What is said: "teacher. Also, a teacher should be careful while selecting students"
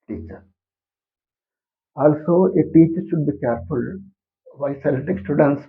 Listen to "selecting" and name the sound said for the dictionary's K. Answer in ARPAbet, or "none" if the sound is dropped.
none